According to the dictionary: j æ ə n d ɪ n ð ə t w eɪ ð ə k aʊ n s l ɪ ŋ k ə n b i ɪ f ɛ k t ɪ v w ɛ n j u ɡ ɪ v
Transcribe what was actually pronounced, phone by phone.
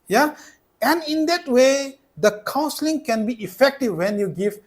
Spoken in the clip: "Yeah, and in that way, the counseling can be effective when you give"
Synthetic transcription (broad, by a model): j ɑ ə n ɪ n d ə t w eɪ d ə k aʊ n s l ɪ ŋ k ə n b i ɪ f ɛ k t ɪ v w ɛ n j u ɡ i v